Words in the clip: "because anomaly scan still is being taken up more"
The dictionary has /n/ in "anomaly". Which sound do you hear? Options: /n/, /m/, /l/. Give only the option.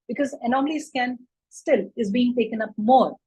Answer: /n/